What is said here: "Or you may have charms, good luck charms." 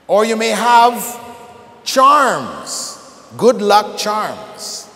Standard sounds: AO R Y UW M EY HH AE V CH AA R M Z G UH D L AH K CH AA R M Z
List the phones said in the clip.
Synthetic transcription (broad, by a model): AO R Y UW M EY HH AE V CH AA R M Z G UH D L AH K CH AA R M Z